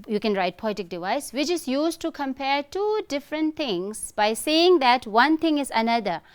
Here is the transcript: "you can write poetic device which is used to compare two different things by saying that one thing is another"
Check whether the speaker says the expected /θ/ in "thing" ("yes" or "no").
no